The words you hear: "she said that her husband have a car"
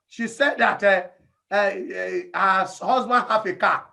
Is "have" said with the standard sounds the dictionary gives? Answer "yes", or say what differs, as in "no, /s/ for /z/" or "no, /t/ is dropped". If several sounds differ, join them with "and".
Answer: no, /f/ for /v/